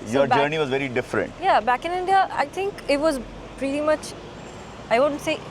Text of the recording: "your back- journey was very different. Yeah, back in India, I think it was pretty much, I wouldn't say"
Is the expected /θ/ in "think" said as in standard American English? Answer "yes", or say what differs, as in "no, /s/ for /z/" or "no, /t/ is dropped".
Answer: no, /t/ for /θ/